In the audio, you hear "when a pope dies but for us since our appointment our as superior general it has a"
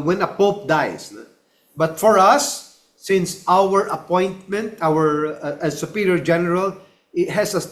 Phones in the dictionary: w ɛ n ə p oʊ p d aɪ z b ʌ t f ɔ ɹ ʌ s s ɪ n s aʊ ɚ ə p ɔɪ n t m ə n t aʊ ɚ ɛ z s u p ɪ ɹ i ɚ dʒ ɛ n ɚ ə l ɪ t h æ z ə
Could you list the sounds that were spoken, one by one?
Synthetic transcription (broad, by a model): w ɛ n ə p oʊ p d aɪ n b ʌ t f ɔ ɹ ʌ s s ɪ n s aʊ ɚ ə p ɔɪ n t m ə n t aʊ ɚ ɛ s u p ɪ ɹ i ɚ dʒ ɛ n ɚ ə l ɪ t h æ s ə